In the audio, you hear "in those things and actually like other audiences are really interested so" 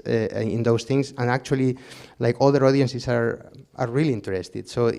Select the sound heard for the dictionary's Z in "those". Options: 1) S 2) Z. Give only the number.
1